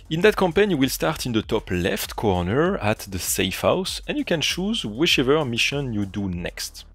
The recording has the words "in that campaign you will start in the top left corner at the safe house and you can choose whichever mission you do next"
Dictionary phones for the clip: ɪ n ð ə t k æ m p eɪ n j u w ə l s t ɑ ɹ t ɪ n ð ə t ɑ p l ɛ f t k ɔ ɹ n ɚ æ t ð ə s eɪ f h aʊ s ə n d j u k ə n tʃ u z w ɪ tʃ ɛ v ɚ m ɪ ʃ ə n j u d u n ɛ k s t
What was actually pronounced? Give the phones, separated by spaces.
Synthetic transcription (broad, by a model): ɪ n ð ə t k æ m p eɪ n j u w ə l s t ɑ ɹ t ɪ n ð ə t ɑ p l ɛ f t k ɔ ɹ n ɚ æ t ð ə s eɪ f h aʊ s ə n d j u k ə n tʃ u z w ɪ tʃ ɛ v ɚ m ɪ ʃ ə n j u d u n ɛ k s t